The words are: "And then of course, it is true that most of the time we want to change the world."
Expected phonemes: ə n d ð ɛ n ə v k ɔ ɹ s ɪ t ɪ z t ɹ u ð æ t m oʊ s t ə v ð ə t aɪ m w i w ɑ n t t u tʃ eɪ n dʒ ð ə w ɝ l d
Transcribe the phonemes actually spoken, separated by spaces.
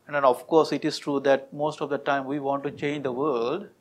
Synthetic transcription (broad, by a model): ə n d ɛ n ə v k ɔ ɹ s ɪ t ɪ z t ɹ u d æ t m oʊ s t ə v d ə t aɪ m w i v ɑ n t t u tʃ eɪ n dʒ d ə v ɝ l d